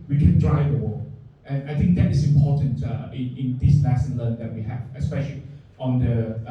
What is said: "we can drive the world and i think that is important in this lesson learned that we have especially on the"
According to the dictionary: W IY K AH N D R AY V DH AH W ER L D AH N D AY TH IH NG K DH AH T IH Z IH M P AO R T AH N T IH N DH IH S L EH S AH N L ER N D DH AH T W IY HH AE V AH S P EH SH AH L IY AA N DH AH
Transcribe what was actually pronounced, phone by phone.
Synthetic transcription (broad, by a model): W IY K AH N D R AY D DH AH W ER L AH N AY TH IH NG K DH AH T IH S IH M P AO T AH N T IH N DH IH S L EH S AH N L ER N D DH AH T W IY HH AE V AH S P EH SH AH L IY AA N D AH